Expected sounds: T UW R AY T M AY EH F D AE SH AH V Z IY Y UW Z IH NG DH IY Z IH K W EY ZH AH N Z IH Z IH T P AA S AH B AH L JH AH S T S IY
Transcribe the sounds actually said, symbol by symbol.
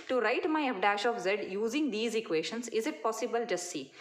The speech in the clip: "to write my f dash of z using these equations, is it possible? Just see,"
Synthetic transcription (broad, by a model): T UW R AY T M AY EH P D AE SH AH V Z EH Y UW Z IH NG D IY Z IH K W EY SH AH N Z IH Z IH T P AA S AH B AH L JH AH S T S IY